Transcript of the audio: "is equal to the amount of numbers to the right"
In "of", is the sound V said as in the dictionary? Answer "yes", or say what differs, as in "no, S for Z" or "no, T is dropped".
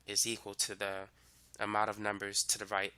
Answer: yes